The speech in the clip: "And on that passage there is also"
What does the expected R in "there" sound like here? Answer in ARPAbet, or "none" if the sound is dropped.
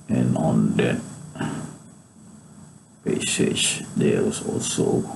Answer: W